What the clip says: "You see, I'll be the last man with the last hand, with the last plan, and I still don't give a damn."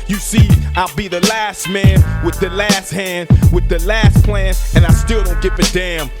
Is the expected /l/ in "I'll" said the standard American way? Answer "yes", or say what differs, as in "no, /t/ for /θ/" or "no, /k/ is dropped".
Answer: yes